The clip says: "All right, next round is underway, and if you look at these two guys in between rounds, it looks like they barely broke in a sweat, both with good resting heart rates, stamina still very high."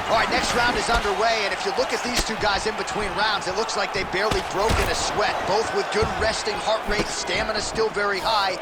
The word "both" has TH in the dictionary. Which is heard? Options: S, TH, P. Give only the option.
TH